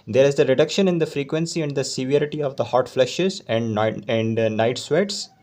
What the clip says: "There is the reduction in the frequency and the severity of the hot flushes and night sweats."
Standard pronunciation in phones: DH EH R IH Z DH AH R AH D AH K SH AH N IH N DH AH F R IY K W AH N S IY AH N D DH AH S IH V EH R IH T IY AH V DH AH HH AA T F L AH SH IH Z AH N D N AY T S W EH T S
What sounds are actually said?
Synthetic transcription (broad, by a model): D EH R IH Z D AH R AH D AH K SH AH N IH N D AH F R IY K W AH N S IY AH N D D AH S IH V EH R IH T IY AH V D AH HH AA T F L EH SH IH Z AH N D N AY T S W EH T S